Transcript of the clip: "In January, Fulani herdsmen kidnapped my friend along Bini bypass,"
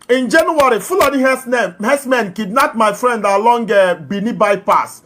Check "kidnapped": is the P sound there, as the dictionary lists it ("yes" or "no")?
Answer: no